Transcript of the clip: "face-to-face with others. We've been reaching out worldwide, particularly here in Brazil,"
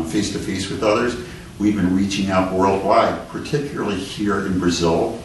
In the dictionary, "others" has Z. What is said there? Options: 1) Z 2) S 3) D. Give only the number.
1